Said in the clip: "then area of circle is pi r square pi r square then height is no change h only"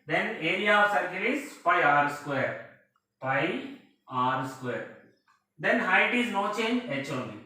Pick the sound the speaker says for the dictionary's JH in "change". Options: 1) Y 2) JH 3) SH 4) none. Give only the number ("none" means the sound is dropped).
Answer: 4